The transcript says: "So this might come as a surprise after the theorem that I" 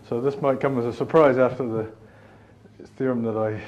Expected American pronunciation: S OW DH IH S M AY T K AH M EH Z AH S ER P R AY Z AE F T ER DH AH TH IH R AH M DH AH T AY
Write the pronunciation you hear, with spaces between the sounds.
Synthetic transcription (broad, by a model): S OW DH IH S M AY T K AH M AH Z AH S ER P R AY Z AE F T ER DH AH TH IH R AH M DH AH T AY